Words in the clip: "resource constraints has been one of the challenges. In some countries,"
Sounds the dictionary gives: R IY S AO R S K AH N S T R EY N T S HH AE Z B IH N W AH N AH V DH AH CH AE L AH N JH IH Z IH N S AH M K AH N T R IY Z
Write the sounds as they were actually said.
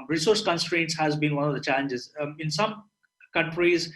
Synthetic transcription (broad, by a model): R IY S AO R S K AH N S T R EY N T S HH AE Z B IH N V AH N AH V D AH CH AE L AH N JH IH Z IH N S AH M K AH N T R IY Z